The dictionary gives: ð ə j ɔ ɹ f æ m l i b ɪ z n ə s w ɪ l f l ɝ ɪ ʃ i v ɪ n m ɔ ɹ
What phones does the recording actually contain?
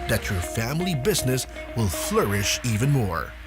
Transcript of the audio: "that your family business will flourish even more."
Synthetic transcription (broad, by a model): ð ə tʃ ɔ ɹ f æ m l i b ɪ z n ə s w ɪ l f l ɝ ɪ ʃ i v ɪ n m ɔ ɹ